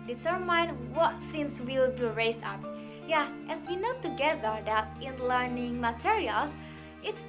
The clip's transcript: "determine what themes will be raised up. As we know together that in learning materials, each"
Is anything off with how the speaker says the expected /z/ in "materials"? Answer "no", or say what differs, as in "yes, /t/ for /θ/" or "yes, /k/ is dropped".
yes, /z/ is dropped